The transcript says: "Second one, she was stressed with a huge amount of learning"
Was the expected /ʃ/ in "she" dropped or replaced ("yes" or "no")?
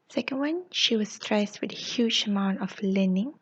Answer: no